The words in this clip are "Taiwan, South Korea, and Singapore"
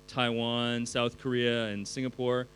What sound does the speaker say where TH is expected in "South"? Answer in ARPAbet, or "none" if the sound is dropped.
TH